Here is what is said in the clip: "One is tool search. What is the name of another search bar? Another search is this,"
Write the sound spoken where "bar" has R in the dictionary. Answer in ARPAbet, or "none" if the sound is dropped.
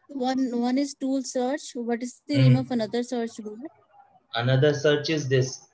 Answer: L